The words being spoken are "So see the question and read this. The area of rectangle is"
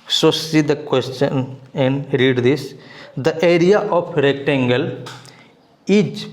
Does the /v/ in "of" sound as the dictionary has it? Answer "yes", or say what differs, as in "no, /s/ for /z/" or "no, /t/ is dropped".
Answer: no, /p/ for /v/